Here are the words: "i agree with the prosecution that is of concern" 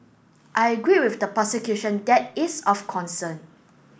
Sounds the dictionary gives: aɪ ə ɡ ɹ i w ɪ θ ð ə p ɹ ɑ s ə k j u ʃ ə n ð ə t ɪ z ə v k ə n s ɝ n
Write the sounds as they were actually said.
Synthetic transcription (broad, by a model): aɪ ə ɡ ɹ i w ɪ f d ə p ɑ s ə k j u ʃ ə n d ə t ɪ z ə f k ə n s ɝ n